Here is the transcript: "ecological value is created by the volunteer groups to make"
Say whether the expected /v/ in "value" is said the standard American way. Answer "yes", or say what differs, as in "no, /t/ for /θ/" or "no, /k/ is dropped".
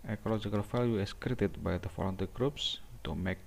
no, /f/ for /v/